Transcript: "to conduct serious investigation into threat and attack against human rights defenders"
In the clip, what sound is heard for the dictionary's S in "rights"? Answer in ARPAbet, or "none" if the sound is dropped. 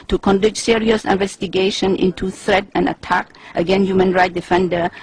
none